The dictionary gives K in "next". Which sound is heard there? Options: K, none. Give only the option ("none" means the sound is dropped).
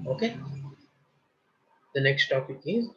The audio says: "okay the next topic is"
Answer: K